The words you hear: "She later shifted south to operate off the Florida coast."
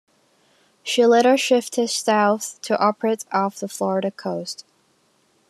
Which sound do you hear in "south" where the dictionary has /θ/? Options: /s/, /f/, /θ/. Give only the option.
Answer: /θ/